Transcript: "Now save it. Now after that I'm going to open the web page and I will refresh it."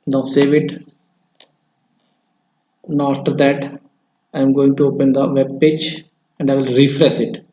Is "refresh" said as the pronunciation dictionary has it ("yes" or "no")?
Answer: no